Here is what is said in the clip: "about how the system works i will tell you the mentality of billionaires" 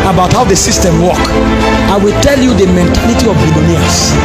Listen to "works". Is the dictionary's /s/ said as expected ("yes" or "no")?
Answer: no